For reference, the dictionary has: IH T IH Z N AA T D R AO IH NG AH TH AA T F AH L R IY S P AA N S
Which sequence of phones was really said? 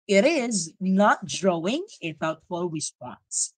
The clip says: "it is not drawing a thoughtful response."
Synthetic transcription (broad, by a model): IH T IH Z N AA T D R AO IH NG AH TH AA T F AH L R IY S P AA N S